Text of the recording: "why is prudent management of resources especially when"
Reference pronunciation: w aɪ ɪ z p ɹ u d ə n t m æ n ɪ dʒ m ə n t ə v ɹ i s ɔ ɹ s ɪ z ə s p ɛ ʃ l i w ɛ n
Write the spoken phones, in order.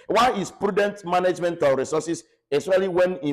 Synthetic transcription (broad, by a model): w aɪ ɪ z p ɹ u d ə n t m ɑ n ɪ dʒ m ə n t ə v ɹ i s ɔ s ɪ s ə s ɑ l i w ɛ n